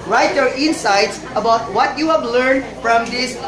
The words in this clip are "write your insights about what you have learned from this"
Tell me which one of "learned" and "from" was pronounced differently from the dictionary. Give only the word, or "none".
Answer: none